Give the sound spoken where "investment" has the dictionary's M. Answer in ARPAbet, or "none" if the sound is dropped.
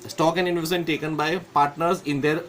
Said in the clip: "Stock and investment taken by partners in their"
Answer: none